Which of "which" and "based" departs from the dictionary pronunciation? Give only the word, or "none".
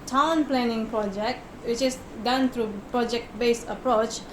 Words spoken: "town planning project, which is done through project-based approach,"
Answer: based